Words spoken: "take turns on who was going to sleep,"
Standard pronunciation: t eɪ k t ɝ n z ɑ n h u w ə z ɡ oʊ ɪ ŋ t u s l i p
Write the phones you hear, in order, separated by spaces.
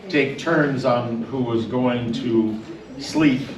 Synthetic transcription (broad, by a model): t eɪ k t ɝ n z n h u w ə z ɡ oʊ ɪ ŋ t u s l i p